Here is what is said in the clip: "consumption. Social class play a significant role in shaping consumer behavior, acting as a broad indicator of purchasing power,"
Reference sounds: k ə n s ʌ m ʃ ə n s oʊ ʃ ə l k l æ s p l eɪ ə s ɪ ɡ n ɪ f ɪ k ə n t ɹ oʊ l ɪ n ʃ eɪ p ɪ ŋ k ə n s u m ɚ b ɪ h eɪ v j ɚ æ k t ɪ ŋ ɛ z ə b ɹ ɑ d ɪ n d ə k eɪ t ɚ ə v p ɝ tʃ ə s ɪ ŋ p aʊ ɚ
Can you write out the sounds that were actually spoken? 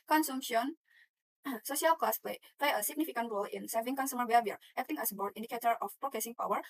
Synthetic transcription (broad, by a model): k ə n s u m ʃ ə n s oʊ ʃ ə l k l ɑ s p l eɪ ə s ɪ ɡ n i f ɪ k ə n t ɹ oʊ l ɪ n s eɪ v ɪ ŋ k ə n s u m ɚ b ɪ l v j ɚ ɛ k t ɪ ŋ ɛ s ə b ɑ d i n d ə k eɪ t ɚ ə f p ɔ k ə s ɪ ŋ p aʊ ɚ